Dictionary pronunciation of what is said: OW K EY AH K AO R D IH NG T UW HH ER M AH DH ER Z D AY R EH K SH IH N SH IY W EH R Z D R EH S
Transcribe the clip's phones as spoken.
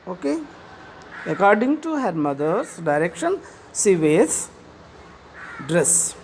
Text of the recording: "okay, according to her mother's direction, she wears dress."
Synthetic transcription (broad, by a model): OW K EY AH K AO R D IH NG T UW HH ER M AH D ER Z D AY R EH K SH IH N S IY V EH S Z D R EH S